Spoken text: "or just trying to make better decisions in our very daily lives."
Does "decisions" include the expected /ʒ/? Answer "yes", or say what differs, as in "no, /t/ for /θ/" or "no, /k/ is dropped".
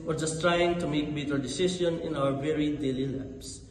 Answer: no, /s/ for /ʒ/